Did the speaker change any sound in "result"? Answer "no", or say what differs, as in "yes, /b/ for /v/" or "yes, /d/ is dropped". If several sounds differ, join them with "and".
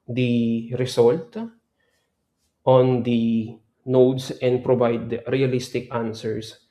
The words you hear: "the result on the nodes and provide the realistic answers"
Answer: yes, /s/ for /z/